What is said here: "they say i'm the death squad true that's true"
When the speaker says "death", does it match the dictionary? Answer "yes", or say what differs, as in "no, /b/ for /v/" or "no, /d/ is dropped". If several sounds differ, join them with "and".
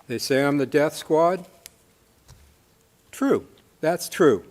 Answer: yes